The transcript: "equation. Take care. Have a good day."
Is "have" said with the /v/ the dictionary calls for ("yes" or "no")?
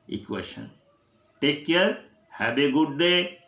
no